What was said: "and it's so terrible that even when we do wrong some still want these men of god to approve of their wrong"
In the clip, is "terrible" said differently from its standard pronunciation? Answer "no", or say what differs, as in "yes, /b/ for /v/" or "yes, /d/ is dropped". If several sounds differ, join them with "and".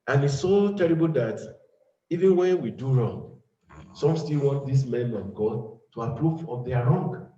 no